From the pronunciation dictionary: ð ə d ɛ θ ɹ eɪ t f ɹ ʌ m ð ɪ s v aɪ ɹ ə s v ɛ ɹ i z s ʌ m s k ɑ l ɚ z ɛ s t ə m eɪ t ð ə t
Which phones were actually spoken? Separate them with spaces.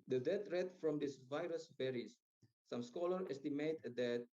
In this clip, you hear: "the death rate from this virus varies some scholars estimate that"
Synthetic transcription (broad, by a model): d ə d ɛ t ɹ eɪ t f ɹ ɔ m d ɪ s v aɪ ɹ ə s b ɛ ɹ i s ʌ m s k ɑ l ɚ ɛ s t ə m eɪ t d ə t